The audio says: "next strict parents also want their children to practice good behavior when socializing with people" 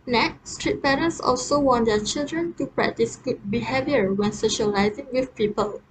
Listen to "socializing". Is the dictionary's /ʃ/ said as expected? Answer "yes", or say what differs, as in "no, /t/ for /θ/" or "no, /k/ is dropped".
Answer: yes